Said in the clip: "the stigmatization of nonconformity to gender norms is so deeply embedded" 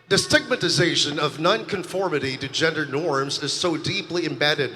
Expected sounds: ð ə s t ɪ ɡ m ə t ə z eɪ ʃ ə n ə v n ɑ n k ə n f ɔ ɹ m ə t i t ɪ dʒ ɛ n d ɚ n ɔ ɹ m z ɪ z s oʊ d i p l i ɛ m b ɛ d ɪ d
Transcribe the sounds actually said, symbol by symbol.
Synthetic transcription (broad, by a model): ð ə s t ɪ ɡ m ə t ə z eɪ ʃ ə n ə v n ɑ n k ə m f ɔ ɹ m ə t i t ɪ dʒ ɛ n d ɚ n ɔ ɹ m z ɪ z s oʊ d i p l i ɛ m b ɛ d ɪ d